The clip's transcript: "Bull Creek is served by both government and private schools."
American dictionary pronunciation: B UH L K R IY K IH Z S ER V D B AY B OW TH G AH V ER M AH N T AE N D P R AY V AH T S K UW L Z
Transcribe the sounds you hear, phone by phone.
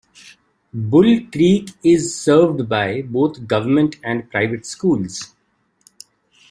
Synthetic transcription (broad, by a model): B UH L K R IY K IH Z S ER V D B AY B OW T G AH V ER M AH N T AE N D P R AY V AH T S K UW L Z